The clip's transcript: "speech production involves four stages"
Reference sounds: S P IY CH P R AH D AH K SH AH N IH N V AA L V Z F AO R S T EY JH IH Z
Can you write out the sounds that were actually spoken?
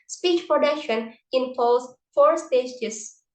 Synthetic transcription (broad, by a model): S P IY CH P R AH D AH K SH AH N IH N P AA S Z F AO R S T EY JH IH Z